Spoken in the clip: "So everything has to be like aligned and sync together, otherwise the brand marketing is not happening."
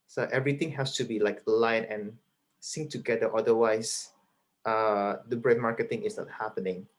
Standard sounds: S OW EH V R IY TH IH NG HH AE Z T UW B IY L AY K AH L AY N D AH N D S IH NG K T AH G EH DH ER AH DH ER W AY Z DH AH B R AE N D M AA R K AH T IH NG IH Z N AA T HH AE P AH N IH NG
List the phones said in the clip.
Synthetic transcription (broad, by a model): S OW EH V R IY T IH NG HH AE S T UW B IY L AY K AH L AY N AH N S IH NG T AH G EH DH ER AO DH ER W AY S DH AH B R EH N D M AA R K AH T IH NG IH S N AA T HH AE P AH N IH NG